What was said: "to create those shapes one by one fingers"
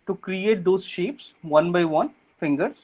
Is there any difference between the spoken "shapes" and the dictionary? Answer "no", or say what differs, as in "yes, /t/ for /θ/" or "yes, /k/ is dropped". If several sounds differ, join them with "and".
no